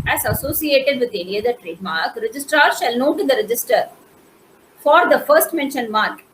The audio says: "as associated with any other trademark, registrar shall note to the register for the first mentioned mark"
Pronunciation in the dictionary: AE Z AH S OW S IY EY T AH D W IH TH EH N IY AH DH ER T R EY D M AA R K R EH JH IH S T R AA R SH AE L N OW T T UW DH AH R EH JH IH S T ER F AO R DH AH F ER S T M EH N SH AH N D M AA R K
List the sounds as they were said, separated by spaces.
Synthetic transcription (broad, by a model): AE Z AH S OW S IY EY T AH D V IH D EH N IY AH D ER T R EY D M AA R K R EH JH IH S T R AA R SH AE L N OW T T UW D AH R EH JH IH S T ER F AO R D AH F ER S T M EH N SH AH N M AA R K